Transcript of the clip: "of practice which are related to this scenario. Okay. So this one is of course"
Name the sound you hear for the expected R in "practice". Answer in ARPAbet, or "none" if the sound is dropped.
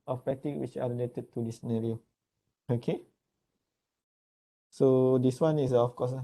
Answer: none